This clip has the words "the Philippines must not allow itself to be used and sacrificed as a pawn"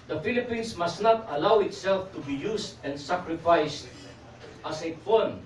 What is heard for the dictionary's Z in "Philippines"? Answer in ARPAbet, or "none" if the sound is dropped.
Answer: S